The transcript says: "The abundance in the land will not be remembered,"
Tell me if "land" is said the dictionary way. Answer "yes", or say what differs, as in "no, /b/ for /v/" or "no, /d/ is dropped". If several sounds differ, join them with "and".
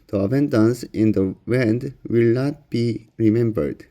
no, /w/ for /l/